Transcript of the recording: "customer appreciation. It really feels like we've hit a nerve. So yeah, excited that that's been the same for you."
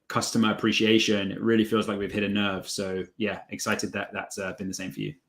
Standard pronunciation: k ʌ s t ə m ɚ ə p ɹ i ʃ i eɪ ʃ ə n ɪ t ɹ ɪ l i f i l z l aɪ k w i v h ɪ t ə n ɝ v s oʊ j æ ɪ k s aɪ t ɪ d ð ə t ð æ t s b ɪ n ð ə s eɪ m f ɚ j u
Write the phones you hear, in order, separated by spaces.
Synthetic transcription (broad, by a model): k ʌ s t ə m ɚ ə p ɹ i ʃ i eɪ ʃ ə n ɪ t ɹ ɪ l i f i l z l aɪ k w i v h ɪ t ə n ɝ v s oʊ j æ ɪ k s aɪ t ɪ d ð ə t ð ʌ t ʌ b ɪ n ð ə s eɪ m f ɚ j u